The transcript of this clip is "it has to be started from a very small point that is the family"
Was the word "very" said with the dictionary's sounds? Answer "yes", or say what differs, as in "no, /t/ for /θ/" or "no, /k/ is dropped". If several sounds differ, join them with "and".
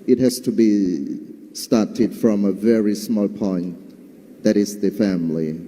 yes